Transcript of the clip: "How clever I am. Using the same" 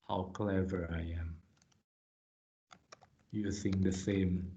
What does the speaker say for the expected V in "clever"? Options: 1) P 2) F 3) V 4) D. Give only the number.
3